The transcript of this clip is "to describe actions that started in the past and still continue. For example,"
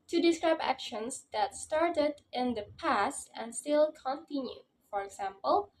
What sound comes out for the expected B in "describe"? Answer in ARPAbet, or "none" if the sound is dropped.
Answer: B